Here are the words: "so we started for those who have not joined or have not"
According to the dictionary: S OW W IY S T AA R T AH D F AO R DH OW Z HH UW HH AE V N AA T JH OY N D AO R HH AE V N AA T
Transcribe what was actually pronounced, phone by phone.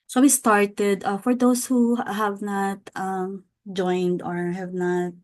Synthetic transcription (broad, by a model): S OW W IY S T AA R T AH D F AO R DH OW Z HH UW HH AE V N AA T JH OY N D AO R HH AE V N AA T